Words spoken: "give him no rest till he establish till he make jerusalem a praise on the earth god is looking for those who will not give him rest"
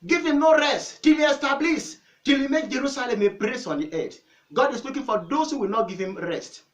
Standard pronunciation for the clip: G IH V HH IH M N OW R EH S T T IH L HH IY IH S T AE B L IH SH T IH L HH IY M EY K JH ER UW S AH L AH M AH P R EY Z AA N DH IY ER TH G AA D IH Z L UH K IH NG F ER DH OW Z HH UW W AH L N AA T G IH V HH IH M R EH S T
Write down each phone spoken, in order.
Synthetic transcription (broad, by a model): G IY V HH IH M N OW R EH S T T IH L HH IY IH S T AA B L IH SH T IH L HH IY M EY K JH ER UW S AH L AH M AH B R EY S AA N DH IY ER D G AA D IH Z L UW K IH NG F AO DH OW S HH UW W AH L N AA T G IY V HH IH M R EH S T